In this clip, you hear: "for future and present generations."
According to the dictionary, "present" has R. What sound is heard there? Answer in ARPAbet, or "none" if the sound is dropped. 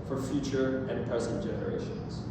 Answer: none